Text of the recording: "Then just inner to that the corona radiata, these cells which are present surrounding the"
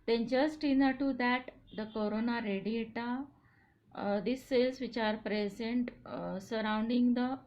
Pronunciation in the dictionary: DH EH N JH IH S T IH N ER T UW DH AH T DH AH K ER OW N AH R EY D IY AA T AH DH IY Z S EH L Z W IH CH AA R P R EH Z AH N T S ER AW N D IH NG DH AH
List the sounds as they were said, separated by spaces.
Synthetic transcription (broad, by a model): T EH N CH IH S T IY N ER T UW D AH T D AH K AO OW N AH R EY D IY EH T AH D IY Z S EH L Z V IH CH AA R P R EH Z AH N T S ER AW N D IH NG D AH